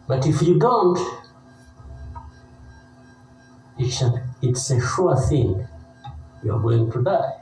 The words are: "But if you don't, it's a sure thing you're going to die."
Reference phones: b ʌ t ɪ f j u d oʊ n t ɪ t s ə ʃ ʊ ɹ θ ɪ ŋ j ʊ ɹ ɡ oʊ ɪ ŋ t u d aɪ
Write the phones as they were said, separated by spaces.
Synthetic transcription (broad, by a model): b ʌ t ɪ f j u d oʊ n t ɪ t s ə s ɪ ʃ θ ɪ ŋ j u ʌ ɡ oʊ ɪ ŋ t u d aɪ